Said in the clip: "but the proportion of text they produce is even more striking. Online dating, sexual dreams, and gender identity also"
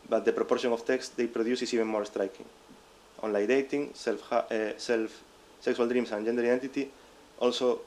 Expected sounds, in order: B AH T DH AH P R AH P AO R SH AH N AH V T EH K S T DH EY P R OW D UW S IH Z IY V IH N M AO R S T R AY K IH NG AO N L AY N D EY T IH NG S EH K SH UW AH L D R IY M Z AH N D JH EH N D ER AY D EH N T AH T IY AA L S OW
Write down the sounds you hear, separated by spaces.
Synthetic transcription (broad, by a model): B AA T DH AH P R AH P AO R SH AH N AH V T EH K S T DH EY P R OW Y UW S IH S IY V IH N M AO R S T R AY K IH NG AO N L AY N D EY T IH NG S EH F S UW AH L D R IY M S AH N JH EH N D ER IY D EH N T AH T IY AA L S OW